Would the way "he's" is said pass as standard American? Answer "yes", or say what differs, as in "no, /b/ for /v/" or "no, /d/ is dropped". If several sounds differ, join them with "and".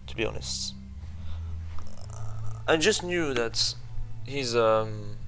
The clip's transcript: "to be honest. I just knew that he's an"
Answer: yes